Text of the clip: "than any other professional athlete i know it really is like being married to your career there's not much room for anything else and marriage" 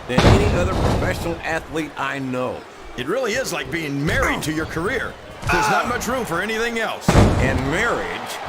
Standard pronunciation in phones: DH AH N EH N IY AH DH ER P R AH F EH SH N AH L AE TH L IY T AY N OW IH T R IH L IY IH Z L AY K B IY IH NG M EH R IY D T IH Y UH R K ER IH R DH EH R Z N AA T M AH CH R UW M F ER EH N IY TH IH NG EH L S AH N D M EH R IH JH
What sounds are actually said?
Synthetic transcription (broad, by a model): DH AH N EH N IY AH DH ER P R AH F EH SH N L AE TH L IY T AY N OW IH T R IH L IY IH Z L AY K B IY IH NG M EH R IY D T IH Y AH R K ER IH R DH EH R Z N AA T M AH CH R UW M F ER EH N IY TH IH NG EH L S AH N M EH R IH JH